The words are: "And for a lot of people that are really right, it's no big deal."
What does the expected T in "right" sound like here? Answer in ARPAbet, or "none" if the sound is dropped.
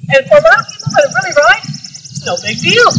none